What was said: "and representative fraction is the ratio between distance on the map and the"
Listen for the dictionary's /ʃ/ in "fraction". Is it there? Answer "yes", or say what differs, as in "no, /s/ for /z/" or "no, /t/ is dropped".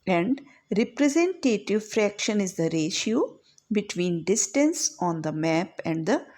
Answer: yes